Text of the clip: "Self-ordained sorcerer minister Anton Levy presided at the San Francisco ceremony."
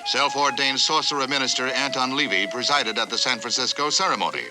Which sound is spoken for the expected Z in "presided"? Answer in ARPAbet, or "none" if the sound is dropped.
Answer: Z